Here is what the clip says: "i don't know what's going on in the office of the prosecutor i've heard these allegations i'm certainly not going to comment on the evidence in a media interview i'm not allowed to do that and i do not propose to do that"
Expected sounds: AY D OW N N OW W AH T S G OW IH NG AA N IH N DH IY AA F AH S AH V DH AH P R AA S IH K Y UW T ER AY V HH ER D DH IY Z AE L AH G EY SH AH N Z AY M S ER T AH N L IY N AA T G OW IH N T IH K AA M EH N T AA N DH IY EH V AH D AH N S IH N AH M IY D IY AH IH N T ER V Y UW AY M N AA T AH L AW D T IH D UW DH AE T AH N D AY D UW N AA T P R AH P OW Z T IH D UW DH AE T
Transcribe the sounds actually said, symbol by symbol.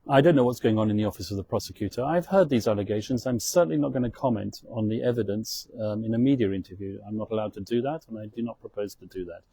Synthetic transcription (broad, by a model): AY D OW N N OW W AH T S G OW IH NG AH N IH N DH IY AA F AH S AH V DH AH P R AA S IH K Y UW T ER AY V HH ER D DH IY Z AE L AH G EY SH AH N Z AY M S ER T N L IY N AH T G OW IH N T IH K AA M EH N T N DH IY EH V AH D AH N S IH N AH M IY D IY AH IH N T ER V Y UW AY M N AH T AH L AW D T IH D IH DH AE T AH N AY D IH N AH T P R AH P OW Z T IH D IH DH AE T